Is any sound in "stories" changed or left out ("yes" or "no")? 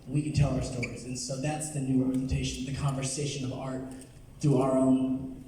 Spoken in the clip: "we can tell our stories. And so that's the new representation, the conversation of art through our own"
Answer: no